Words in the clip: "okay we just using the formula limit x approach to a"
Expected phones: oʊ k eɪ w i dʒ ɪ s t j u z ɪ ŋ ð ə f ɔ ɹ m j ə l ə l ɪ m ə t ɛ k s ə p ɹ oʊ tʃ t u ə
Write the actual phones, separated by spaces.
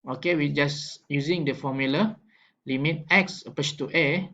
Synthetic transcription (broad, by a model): oʊ k eɪ w i dʒ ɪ s j u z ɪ ŋ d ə f ɔ m j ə l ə l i m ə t ɛ k s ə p oʊ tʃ t u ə